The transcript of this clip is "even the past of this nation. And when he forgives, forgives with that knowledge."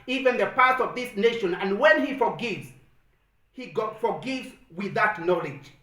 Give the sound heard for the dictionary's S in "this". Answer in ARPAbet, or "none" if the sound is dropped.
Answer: S